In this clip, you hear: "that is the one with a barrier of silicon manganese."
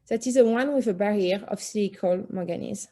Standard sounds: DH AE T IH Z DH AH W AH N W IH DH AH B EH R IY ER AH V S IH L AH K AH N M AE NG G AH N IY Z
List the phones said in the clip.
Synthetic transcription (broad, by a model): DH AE T IH Z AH W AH N W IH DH AH B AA R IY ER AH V S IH AH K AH L M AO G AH N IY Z